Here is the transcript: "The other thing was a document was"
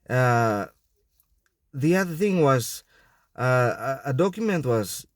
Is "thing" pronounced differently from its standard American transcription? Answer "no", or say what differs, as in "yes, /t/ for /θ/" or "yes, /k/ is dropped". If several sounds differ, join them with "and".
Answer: no